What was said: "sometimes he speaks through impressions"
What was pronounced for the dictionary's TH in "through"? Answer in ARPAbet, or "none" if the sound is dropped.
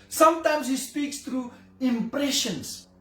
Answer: T